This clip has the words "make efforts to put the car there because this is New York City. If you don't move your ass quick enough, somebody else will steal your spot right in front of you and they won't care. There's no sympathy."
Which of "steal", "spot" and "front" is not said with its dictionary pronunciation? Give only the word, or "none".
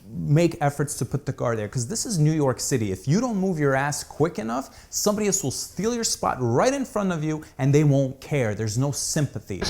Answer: none